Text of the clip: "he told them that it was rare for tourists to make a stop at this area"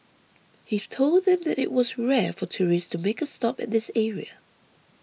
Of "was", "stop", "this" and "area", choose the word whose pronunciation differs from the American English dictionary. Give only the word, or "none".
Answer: none